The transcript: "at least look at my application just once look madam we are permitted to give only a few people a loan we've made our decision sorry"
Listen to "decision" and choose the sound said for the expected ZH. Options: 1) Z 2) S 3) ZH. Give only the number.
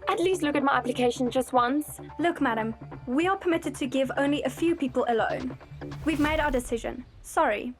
3